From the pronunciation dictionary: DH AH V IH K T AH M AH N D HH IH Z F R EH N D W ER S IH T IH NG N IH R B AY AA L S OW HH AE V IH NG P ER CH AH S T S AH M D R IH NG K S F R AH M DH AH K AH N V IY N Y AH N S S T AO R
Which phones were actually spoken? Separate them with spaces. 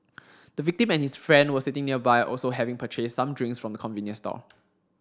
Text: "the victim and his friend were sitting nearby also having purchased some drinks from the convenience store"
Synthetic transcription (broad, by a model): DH AH V IH K T AH M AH N HH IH S F R EH N D W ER S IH T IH NG N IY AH B AY AA L S OW HH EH V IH NG P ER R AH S S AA M D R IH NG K S F R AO M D AH K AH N V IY N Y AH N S S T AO L